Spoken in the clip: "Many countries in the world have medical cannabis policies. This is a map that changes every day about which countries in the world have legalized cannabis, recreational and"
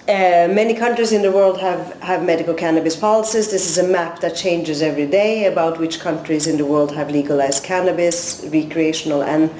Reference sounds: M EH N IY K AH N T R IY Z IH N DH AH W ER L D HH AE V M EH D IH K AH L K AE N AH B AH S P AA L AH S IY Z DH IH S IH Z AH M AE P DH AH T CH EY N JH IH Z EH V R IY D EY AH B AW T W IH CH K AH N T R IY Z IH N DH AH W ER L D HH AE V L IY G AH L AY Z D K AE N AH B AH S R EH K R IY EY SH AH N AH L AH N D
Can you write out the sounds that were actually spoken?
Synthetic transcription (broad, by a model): M EH N IY K AH N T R IY Z IH N DH AH W ER L D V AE V M EH D IH K AH L K AE N AH B AH S P AA L AH S IY Z DH IH S IH Z AH M AE P DH AH T CH EY N JH IH Z EH V R IY D EY AH B AW T W IH CH K AH N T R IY Z IH N DH AH W ER L D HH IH V L IY G AH L AY Z D K AE N AH B AH S R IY K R IY EY SH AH N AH L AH N